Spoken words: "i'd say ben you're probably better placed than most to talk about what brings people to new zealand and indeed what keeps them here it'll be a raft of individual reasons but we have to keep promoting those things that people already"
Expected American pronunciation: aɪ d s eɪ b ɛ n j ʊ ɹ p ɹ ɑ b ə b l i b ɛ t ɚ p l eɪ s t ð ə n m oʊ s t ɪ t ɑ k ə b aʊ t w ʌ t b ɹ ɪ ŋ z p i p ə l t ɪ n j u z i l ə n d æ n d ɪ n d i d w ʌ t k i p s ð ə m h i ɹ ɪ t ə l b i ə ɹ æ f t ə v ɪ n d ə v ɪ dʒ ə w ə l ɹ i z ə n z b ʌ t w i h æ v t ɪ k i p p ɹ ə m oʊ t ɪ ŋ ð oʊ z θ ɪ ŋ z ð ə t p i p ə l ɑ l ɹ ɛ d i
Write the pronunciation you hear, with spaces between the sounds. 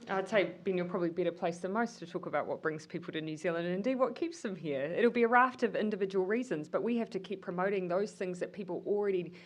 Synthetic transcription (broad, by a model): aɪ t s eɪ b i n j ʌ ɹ p ɹ ɑ b ə b l i b ɛ t ɚ p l eɪ s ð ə m oʊ s t ɪ t ɑ k ə b aʊ t w ʌ t b ɹ ɪ ŋ z p i p l t ɪ n j u z i l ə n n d ɪ n d i d w ʌ t k i p s ð ə m h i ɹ ɪ t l b i ə ɹ æ f t ə v ɪ n d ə v ɪ dʒ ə w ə l ɹ i z ə n z b ʌ t w i h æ f t ɪ k i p p ɹ ə m oʊ t ɪ ŋ ð oʊ z θ ɪ ŋ z ð ə t p i p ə l l ɹ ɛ d i